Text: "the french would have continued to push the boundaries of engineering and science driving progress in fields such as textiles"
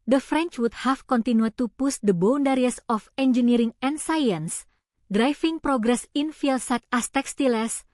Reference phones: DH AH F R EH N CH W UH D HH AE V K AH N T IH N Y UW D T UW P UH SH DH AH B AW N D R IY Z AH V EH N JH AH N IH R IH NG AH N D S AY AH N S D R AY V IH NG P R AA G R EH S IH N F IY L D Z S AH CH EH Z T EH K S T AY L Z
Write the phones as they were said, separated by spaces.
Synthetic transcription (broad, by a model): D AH F R EH N CH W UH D HH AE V K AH N T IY N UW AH T UW P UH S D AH B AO N D R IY S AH F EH N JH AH N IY R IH NG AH N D S AY AH N S D R AY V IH NG P R AA G R EH S IH N F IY L S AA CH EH S T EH K S T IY L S